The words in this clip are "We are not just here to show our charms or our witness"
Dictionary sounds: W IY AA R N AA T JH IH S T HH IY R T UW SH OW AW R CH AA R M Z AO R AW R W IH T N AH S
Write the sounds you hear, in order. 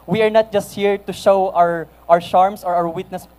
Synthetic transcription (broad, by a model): W IY AA R N AA T JH IH S T HH IY R T UW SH OW AW R SH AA R M S AO R AW R W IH T N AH S